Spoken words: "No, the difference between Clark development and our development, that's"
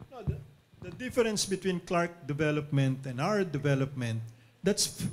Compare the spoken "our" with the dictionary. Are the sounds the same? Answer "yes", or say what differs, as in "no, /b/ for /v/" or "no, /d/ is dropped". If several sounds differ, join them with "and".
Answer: no, /w/ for /ɹ/